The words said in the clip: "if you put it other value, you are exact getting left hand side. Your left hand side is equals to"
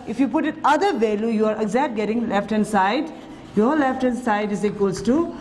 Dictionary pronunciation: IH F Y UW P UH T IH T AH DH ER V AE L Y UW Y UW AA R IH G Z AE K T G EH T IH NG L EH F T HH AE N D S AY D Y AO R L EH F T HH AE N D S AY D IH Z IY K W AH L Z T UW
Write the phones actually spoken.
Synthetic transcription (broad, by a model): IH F Y UW P UH T IH T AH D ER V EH L Y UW Y UW AA R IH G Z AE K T G EH T IH NG L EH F T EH N S AY D Y AO R L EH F T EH N S AY D IH Z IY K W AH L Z T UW